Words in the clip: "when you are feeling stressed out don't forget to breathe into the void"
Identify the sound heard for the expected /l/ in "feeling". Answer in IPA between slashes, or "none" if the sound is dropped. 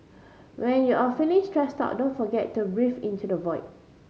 /n/